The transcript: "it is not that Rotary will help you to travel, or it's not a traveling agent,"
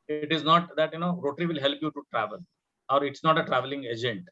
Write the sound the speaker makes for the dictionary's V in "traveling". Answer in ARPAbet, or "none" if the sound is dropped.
V